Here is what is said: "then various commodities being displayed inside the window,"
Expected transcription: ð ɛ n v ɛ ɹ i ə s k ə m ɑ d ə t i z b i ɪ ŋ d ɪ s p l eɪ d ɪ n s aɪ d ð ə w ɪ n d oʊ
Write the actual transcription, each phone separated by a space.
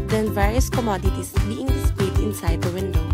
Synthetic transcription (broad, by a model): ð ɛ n v ɛ ɹ i ə s k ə m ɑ d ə t i s b i ɪ ŋ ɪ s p eɪ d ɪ n s aɪ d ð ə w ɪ n d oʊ